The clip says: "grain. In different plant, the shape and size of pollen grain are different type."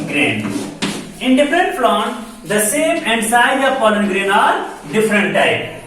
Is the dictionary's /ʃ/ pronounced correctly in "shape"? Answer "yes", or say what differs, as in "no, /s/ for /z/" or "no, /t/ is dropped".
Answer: no, /s/ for /ʃ/